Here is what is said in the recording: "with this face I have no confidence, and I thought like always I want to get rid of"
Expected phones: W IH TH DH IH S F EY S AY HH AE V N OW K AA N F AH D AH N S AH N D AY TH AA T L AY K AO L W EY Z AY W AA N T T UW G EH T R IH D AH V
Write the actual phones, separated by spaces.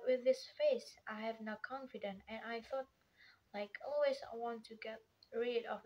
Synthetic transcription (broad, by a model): W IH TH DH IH S F EY S AY HH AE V N OW K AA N F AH D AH N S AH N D AY TH AA T L AY K AO L W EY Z AY W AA N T T UW G EH T R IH D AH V